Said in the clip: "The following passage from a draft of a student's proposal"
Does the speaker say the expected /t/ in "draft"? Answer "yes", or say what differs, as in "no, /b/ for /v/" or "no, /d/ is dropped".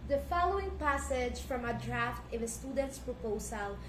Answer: yes